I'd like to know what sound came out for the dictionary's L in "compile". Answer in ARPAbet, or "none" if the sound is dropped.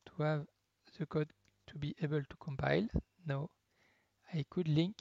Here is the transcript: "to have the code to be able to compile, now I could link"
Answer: L